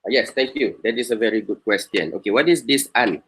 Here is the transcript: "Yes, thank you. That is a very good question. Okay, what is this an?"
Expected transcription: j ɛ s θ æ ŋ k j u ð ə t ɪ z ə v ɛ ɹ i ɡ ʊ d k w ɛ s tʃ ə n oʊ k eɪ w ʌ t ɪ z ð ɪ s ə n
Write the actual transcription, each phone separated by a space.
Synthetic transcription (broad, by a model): j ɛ s t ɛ ŋ k j u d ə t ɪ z ə v ɛ ɹ i ɡ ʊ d k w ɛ s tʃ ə n oʊ k eɪ w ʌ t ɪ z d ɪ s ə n